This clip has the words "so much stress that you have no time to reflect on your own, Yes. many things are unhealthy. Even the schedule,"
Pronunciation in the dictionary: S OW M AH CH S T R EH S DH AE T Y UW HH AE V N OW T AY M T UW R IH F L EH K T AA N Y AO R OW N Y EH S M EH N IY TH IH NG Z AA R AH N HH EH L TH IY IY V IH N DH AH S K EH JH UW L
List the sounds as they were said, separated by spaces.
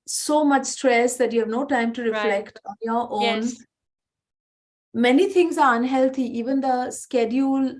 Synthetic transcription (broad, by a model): S OW M AH CH S T R EH S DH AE T Y UW HH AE V N OW T AY M T UW R IH F L EH K T AA N Y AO R OW N M EH N IY T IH NG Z AA R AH N HH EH L T IY IY V IH N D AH S K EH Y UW L